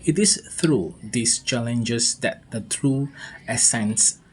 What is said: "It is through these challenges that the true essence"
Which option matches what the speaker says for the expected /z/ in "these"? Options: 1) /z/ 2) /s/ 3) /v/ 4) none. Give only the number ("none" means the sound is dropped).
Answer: 2